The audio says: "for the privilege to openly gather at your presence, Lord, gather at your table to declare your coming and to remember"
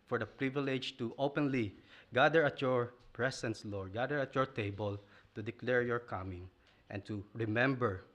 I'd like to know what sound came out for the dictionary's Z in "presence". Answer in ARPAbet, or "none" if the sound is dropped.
S